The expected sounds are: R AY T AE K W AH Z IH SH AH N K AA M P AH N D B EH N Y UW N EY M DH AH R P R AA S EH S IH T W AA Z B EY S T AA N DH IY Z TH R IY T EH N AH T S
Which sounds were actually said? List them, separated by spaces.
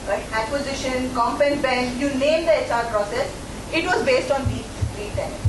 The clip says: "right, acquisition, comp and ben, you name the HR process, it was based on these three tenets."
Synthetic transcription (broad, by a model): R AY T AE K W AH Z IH SH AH N K AA M P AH N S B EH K Y UW N EY M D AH R P R AA S EH S IH T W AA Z B EY S T AA N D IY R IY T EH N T